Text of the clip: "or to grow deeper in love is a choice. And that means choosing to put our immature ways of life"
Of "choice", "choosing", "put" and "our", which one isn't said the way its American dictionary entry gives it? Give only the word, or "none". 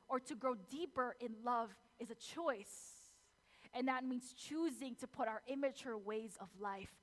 none